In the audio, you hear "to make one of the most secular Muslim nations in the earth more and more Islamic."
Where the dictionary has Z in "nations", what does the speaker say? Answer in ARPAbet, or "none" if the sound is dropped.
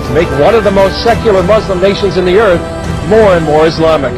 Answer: Z